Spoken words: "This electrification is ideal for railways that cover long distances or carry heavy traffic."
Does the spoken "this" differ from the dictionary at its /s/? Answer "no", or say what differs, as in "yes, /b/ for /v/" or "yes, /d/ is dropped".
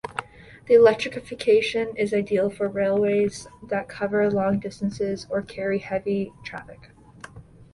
yes, /s/ is dropped